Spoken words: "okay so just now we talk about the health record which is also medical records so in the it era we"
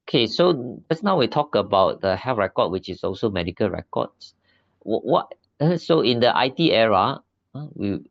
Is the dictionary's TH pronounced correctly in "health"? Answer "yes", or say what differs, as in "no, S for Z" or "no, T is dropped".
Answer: no, F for TH